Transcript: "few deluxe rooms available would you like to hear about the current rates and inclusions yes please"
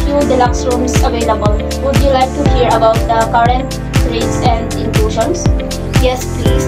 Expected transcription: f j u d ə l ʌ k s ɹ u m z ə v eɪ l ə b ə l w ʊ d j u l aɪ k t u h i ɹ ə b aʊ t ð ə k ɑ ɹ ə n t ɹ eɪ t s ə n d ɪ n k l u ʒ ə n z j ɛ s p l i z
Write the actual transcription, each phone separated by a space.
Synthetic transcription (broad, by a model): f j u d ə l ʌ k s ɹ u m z ə v eɪ l ə b ə l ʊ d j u l aɪ k t u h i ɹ ə b aʊ t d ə k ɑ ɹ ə n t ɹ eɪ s ə n d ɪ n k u ʃ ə n s j ɛ s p l i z